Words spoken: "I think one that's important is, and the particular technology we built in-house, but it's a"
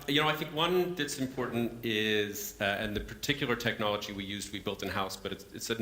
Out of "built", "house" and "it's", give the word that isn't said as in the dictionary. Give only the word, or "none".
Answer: none